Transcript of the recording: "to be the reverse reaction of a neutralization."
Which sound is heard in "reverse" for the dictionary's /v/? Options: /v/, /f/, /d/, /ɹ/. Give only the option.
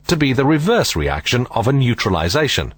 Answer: /v/